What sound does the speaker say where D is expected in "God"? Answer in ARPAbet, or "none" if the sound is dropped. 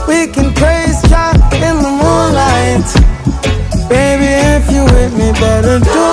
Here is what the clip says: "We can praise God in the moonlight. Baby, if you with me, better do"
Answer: none